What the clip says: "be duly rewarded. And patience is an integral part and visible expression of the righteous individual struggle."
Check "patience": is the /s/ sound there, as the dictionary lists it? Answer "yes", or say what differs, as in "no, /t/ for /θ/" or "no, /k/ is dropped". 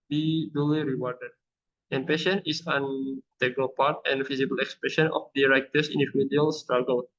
no, /s/ is dropped